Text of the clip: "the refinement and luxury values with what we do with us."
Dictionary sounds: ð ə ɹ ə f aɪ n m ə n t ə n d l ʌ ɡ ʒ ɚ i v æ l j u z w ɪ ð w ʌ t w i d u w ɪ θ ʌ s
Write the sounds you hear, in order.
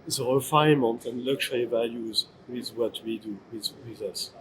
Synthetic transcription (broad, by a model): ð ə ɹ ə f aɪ m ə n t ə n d l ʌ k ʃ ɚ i v æ l j u z w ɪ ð w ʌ t w i d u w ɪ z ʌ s